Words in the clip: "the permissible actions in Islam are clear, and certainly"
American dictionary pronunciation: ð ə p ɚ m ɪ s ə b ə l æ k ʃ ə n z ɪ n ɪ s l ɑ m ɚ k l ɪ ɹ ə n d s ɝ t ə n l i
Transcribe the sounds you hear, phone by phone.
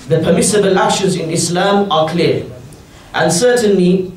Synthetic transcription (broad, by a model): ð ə p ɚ m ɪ s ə b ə l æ ʃ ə z ɪ n ɪ s l ɑ m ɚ k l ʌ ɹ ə n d s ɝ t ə n l i